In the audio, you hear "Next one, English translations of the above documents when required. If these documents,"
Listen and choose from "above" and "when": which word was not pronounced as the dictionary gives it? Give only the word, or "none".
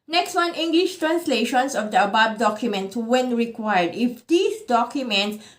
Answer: above